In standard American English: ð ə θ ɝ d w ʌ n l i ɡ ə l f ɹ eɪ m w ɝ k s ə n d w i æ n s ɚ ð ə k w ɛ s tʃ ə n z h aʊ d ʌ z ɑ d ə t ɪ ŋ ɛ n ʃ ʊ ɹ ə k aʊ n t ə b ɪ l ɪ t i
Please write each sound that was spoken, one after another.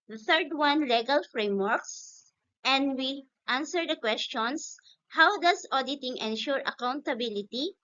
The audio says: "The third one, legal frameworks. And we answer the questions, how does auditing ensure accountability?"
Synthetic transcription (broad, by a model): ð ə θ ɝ d w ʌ n l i ɡ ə l f ɹ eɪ m w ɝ k s ə n d w i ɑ n s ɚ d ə k w ɛ s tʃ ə n s h aʊ d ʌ s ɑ d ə t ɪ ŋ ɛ n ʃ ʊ ɹ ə k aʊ n t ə b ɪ l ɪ t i